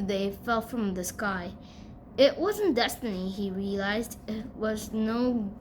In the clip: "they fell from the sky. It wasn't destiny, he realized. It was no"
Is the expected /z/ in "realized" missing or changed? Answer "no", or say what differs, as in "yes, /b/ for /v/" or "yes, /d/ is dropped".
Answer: no